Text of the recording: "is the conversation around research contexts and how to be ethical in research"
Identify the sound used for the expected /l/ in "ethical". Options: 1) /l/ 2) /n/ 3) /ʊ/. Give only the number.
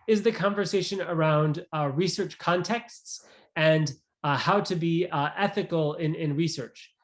2